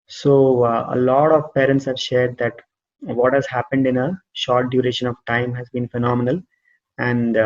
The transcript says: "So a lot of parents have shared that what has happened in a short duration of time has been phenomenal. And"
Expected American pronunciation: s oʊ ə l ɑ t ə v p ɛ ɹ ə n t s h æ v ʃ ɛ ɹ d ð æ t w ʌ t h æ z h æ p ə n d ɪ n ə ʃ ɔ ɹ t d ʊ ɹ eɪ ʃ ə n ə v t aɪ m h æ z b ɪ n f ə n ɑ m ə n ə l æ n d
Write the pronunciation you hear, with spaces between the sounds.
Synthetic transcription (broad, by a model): s oʊ ə l ɑ t ə v p ɛ ɹ ə n t s h æ v ʃ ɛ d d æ t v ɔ t h æ z h æ p ə n d ɪ n ə ʃ ɔ ɹ t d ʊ ɹ eɪ ʃ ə n ə v t aɪ m h æ z b ɪ n f ə n ɑ m ə n ə l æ n d